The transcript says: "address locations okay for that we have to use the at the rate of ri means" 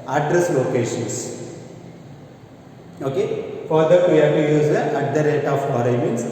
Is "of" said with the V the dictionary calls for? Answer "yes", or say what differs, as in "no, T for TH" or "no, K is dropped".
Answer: no, B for V